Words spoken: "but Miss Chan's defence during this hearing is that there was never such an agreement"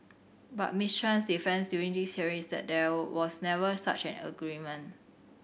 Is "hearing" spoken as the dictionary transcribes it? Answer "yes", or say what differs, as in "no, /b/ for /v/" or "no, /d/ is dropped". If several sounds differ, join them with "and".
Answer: no, /ɹ/ is dropped